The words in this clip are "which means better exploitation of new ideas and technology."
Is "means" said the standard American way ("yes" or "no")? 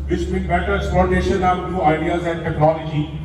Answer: no